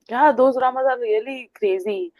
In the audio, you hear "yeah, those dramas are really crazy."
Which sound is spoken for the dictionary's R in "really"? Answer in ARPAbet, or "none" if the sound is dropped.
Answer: L